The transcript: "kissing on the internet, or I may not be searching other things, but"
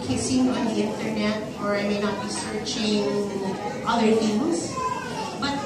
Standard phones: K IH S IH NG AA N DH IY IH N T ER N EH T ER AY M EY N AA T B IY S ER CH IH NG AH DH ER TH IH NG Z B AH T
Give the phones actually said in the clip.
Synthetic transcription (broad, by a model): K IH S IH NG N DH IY IH N T ER N EH T ER AY M EY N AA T B IY S ER CH IH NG AH DH ER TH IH Z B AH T